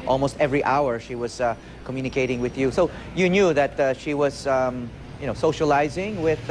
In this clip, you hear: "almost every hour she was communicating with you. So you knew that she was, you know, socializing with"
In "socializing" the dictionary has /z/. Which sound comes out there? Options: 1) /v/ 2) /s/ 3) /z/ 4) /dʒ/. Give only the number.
3